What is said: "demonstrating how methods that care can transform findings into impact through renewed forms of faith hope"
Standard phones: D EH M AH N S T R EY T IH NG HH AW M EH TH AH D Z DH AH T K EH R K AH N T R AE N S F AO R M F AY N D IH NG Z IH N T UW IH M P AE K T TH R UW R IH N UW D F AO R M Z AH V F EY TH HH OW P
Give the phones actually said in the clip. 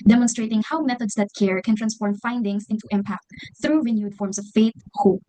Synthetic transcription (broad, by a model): D EH M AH N S T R EY T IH NG HH AW M EH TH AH D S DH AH T K EH R K AH N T R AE N S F AO R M F AY N D IH NG S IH N T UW IH M P AE K T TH R UW R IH N UW D F AO R M S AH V F EY T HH OW P